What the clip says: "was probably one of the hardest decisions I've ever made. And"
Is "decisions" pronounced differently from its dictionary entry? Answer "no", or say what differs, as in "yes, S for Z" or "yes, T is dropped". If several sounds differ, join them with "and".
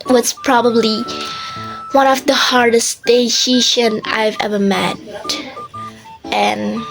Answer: yes, SH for ZH and Z is dropped